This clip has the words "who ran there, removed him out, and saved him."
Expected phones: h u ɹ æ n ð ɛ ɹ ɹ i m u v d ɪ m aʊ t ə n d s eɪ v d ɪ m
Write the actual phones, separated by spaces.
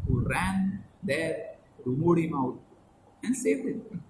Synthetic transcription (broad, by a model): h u ɹ æ n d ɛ ɹ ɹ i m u d ɪ m aʊ t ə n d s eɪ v ɪ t